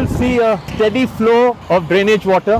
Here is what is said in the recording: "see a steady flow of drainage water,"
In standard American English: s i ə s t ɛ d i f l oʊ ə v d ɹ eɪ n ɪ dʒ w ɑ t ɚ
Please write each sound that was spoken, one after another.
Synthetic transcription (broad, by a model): s i ə s t ɛ d i f l oʊ ə v d ɹ eɪ n ɪ dʒ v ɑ t ɚ